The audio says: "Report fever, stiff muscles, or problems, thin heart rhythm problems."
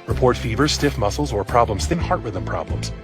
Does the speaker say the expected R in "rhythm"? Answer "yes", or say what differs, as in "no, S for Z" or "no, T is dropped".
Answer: no, W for R